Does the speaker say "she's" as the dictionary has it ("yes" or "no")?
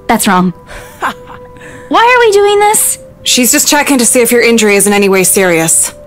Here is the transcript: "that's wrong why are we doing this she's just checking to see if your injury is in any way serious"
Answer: yes